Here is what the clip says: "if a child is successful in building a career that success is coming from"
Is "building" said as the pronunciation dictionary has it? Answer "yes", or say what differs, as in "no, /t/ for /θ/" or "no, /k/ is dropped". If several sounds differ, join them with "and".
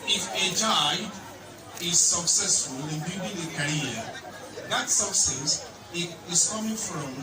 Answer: no, /l/ is dropped